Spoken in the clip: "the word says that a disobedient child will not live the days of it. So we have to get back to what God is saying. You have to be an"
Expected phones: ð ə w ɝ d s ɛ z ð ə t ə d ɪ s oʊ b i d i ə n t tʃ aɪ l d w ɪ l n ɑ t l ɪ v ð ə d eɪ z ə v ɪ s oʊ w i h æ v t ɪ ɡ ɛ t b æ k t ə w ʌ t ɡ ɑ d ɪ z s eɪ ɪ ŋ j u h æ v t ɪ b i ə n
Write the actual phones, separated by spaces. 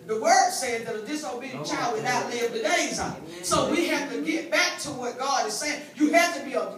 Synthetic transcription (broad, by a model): ð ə w ɝ d s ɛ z ð ə t ə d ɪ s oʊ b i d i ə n tʃ aɪ l d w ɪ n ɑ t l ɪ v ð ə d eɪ ə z ɪ s oʊ w i h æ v t ɪ ɡ ɛ t b æ k t ə w ʌ t ɡ ɑ d ɪ z s eɪ ɪ ŋ j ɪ h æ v t ɪ b i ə